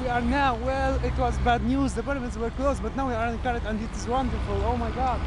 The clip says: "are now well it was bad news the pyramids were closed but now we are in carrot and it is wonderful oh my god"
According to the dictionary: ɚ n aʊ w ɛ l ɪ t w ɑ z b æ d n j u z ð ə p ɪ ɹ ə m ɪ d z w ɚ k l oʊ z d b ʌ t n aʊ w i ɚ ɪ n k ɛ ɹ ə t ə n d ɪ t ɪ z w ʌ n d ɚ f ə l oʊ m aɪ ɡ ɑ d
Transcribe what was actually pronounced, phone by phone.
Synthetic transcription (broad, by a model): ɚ n aʊ w ɛ l ɪ t w ɑ z b æ d n j u z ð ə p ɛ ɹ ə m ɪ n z w ɚ k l oʊ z b ʌ t n aʊ w i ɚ ɪ n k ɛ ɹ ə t ə n d ɪ t ɪ z w ʌ n d ɚ f ə l oʊ m aɪ ɡ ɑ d